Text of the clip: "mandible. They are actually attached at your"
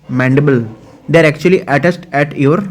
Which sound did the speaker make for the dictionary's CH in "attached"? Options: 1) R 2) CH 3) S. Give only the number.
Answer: 3